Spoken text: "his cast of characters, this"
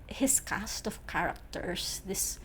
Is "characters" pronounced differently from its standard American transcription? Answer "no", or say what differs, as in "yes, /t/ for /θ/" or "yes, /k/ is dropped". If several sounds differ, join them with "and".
yes, /s/ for /z/